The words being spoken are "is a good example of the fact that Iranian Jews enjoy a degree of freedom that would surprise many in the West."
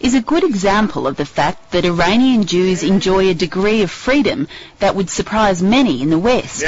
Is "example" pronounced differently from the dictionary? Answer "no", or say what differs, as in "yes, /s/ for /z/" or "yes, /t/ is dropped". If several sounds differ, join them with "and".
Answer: no